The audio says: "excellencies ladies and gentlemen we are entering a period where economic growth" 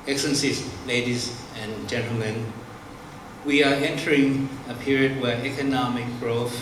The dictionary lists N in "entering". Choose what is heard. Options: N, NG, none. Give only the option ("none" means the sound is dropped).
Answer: N